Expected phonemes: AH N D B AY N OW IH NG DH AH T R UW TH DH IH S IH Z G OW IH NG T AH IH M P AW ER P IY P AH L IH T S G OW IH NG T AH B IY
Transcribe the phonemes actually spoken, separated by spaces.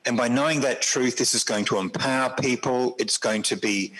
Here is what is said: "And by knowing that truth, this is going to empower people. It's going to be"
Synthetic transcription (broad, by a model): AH N B AY N OW IH NG DH AH T R UW TH DH IH S IH Z G OW IH NG T AH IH M P AW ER P IY P AH L IH T S G OW IH NG T AH B IY